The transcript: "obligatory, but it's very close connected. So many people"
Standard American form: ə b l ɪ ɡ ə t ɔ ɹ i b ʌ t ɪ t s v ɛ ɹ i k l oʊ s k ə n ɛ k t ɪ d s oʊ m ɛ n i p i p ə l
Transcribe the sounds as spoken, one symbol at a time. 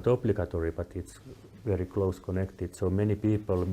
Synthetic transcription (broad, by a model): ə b l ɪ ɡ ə t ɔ ɹ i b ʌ t ɪ t s v ɛ ɹ i k l oʊ s k ə n ɛ k t ɪ d s oʊ m ɛ n i p i p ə l